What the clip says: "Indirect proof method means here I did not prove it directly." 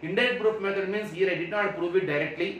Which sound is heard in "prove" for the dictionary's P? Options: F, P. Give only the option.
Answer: P